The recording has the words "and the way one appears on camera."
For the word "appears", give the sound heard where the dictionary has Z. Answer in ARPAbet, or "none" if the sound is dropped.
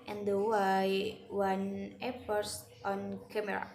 S